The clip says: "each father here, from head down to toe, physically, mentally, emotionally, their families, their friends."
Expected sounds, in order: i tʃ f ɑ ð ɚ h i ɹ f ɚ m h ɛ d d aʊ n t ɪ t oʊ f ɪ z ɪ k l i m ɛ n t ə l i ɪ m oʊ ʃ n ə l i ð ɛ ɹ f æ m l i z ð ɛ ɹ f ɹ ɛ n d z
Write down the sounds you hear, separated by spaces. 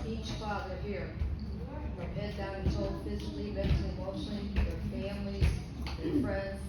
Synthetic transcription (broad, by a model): i tʃ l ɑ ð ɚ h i ɹ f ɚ h ɛ d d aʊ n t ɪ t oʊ f ɪ z ɪ k l i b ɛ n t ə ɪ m oʊ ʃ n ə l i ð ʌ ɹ f æ m l i z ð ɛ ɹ f ɹ ɛ n d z